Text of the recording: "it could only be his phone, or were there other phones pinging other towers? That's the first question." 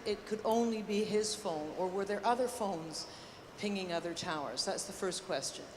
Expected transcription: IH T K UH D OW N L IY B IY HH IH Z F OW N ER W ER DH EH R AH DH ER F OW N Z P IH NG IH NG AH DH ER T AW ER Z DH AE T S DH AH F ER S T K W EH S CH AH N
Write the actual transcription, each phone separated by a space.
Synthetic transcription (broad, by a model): IH T K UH D OW N L IY B IY IH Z F OW N ER W ER DH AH R AH DH ER F OW N Z P IH NG IH NG AH DH ER T AW ER Z DH AE T S DH AH F ER S K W EH S CH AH N